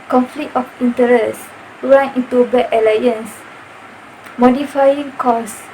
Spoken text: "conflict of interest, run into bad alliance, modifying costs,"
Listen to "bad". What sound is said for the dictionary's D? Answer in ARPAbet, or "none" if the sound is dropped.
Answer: none